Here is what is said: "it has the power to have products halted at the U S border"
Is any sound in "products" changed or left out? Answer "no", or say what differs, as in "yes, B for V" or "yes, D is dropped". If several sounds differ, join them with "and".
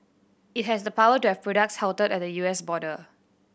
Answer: no